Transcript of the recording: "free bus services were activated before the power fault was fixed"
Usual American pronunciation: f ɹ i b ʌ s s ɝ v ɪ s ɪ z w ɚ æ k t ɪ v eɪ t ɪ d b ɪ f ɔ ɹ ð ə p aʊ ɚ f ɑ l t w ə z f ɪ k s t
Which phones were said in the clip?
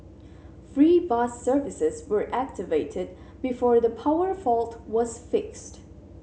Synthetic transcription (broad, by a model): f ɹ i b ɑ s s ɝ v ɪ s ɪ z w ɚ æ k t ɪ v eɪ t ɪ d b ɪ f ɔ ɹ ð ə p aʊ ɚ f ɑ l t w ə z f ɪ k s t